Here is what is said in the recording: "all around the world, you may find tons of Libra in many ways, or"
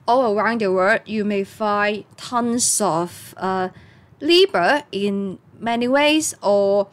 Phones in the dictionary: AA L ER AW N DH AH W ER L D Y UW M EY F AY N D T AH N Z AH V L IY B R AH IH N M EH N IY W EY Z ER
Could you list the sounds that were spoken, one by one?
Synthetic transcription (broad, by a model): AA L ER AW N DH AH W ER D Y UW M EY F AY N T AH N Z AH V L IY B AH IH N M EH N IY W EY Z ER